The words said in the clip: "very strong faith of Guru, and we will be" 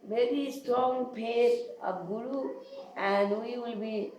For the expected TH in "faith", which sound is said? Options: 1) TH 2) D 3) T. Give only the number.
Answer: 3